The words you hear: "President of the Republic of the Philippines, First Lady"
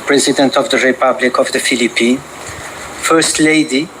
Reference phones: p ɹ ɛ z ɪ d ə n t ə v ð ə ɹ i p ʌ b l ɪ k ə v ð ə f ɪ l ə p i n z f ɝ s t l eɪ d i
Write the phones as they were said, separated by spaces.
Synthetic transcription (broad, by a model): p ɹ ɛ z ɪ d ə n t ə v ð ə ɹ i p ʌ b l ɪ k ə v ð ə f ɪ l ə p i n f ɝ s t l eɪ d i